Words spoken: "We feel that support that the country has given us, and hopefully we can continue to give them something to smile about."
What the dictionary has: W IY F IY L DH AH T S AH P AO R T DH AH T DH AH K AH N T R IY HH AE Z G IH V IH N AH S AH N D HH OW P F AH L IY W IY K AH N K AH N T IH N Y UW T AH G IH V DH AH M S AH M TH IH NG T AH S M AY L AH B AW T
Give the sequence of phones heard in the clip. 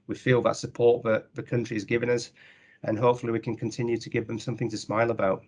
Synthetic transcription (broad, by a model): W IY F IY L DH AH T S AH P AO R T DH AH T DH AH K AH N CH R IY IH Z G IH V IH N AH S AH N HH OW P F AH L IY W IY K AH N K AH N T IH N Y UW T AH G IH V DH AH M S AH M TH IH NG T AH S M AY L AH B AW T